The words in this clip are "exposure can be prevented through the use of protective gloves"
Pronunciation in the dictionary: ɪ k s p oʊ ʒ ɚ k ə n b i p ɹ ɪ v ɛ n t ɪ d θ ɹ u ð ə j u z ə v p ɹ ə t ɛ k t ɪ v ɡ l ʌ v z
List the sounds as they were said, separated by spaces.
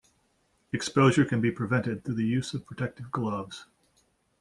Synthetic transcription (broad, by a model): ɪ k s p oʊ ʒ ɚ k ə n b i p ɹ ɪ v ɛ n t ɪ d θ u ð ə j u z ə v p ɹ ə t ɛ k t ɪ v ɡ l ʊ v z